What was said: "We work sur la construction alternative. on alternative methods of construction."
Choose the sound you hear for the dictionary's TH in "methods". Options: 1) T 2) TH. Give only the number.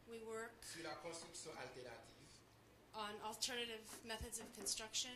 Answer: 2